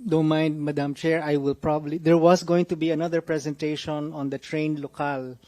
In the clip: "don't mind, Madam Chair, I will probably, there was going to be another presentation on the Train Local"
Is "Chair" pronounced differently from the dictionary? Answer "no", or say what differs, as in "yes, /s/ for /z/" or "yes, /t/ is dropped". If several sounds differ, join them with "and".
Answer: no